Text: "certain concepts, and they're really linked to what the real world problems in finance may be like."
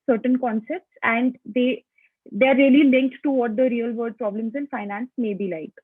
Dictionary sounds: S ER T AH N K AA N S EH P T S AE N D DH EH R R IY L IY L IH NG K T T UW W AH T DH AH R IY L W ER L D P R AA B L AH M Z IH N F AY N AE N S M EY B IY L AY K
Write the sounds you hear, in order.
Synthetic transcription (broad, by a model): S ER T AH N K AA N S EH P T S AE N D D EH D R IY L IY L IH NG K T T UW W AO T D AH R IY L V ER D P R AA B L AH M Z IH N F AY N AE N S M EY B IY L AY K